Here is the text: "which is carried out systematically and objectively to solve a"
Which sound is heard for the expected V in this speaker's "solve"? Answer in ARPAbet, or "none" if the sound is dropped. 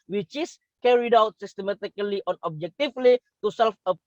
F